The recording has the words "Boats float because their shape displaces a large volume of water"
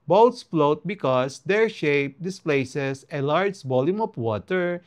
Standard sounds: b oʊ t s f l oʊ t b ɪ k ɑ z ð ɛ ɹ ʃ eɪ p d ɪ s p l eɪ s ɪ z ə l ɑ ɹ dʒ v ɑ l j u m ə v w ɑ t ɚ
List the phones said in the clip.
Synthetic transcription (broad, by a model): b oʊ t s f l oʊ t b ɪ k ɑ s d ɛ ɹ ʃ eɪ p d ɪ s p l eɪ s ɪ s ə l ɑ ɹ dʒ b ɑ l j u m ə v w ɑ t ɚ